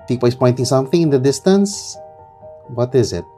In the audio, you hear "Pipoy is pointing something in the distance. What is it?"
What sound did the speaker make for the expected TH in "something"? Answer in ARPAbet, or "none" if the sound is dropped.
TH